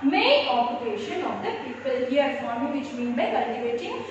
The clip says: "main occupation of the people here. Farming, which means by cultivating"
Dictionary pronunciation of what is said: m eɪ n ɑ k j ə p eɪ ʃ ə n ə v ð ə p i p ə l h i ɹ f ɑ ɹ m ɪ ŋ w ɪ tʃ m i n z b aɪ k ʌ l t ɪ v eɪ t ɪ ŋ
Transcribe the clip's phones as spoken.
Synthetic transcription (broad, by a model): m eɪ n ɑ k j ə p eɪ ʃ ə n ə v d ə p i p ə l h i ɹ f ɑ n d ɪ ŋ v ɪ tʃ m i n b aɪ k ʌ l t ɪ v eɪ t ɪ ŋ